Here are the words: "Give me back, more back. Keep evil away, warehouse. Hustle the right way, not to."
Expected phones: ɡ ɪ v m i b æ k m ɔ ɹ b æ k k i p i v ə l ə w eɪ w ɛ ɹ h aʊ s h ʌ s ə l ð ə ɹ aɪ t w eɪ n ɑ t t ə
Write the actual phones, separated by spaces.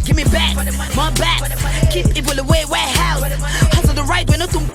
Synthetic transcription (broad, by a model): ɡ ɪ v m i b æ k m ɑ b æ k k i p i p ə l ə w eɪ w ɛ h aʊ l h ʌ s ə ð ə ɹ aɪ t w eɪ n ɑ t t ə